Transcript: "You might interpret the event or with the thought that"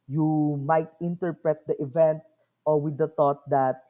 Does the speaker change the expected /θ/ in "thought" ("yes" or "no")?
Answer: yes